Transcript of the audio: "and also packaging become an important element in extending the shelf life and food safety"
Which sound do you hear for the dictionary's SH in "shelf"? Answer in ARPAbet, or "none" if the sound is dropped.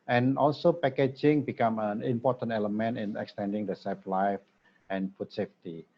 S